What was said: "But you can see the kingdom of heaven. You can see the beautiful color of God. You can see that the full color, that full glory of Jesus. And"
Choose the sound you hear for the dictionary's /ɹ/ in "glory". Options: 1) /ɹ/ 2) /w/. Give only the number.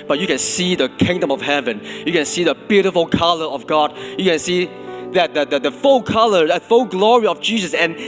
1